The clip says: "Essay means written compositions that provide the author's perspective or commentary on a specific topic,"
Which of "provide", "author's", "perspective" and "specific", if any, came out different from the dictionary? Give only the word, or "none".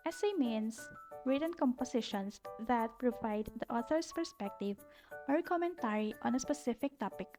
author's